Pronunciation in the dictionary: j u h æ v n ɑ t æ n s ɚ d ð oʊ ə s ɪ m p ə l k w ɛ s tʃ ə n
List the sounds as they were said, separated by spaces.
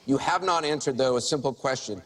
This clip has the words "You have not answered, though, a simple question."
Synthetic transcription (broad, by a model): j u h æ v n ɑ t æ n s ɚ d ð oʊ ə s ɪ m p l k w ɛ s tʃ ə n